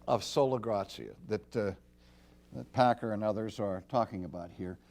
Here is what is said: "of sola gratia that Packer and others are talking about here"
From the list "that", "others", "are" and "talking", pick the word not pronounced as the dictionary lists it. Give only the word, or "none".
none